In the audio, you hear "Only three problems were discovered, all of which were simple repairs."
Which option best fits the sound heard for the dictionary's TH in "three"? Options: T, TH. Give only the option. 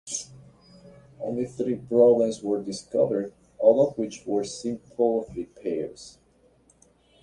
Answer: TH